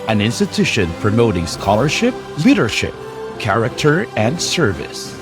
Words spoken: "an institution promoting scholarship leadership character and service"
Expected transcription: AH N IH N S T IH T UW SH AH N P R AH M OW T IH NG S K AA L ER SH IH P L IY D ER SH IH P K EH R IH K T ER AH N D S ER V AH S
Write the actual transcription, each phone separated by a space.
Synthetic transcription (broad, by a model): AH N IH N S T IH T UW SH AH N P R AH M OW T IH NG S K AA L ER SH IH P L IY D ER SH IH P K EH R IH K T ER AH N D S ER V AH S